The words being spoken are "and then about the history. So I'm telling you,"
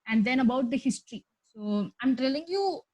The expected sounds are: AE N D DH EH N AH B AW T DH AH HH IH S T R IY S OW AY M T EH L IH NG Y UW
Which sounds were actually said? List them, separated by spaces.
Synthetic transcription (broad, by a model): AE N D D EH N AH B AW T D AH HH IH S T R IY S OW AY M T EH L IH NG Y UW